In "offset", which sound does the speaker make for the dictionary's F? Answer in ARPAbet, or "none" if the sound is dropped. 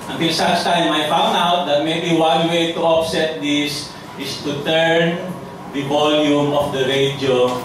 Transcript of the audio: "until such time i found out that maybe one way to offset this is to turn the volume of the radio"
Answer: P